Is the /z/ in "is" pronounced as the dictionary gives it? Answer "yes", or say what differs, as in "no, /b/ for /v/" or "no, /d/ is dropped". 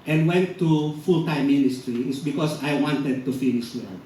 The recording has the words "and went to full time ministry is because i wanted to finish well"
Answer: no, /s/ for /z/